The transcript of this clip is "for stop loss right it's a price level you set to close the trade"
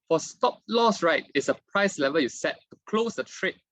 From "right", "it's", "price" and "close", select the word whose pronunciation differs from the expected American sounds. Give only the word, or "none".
none